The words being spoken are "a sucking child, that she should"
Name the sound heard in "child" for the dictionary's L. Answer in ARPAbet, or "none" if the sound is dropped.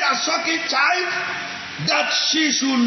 none